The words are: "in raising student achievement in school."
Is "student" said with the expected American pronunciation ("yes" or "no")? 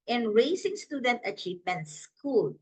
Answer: yes